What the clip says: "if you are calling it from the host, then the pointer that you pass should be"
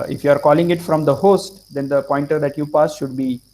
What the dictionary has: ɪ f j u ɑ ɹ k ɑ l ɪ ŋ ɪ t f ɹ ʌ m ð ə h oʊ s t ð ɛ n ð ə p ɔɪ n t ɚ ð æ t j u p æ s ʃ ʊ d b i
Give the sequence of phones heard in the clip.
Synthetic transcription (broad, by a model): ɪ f j u ɑ ɹ k ɑ l ɪ ŋ ɪ t f ɹ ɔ m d ə h oʊ s t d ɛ n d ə p ɔɪ n t ɚ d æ t j u p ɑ s ʃ ʊ d b i